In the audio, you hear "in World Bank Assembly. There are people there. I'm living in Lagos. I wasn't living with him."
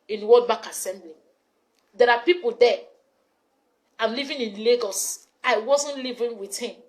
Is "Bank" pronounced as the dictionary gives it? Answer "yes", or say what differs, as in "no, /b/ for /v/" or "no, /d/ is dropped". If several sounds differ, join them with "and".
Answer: no, /ŋ/ is dropped